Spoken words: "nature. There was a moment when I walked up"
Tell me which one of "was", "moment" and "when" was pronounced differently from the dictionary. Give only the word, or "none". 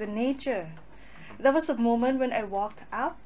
was